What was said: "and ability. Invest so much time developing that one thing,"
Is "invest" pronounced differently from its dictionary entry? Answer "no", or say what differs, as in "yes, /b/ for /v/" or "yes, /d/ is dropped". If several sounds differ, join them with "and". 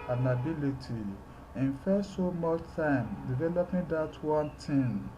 yes, /f/ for /v/